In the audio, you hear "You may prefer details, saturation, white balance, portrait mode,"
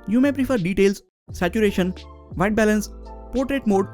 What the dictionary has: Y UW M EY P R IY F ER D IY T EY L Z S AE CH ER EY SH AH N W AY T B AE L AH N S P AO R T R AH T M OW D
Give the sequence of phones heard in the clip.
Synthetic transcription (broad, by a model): Y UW M EY P R IY F ER D IY T EY L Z S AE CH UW EY SH AH N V AY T B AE L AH N S P AO R T R AH T M OW D